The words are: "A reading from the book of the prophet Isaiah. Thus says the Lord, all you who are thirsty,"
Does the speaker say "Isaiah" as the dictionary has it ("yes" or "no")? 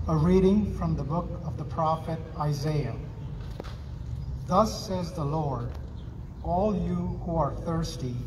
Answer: yes